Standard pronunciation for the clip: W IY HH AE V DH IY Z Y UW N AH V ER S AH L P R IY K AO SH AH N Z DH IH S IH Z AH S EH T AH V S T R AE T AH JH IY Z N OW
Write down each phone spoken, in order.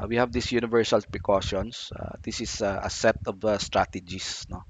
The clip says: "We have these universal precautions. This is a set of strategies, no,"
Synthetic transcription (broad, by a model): W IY HH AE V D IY S Y UW N AH V ER S AH L P R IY K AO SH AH N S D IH S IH S AH S EH T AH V S T R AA T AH JH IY S N OW